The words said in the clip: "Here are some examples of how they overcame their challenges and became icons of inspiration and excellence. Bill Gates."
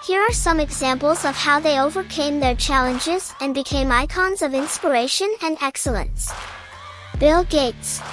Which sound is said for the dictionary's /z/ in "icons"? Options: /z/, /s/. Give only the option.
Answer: /z/